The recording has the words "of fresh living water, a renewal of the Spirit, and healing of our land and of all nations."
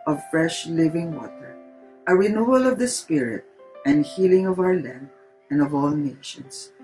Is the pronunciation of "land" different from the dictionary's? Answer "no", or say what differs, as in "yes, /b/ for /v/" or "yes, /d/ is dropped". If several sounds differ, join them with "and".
yes, /d/ is dropped